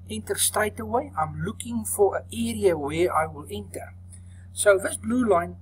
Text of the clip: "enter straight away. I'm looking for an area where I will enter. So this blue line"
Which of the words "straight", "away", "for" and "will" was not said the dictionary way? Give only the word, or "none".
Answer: straight